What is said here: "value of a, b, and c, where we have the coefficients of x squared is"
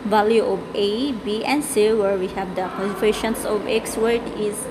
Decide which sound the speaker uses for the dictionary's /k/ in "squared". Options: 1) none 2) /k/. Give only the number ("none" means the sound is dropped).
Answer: 1